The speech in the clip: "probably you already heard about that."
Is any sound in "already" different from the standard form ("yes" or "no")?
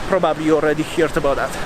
no